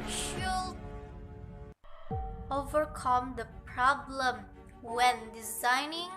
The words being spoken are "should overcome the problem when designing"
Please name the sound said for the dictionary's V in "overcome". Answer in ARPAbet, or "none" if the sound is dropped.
V